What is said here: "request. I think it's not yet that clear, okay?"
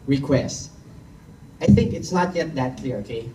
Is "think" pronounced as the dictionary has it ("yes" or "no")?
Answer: yes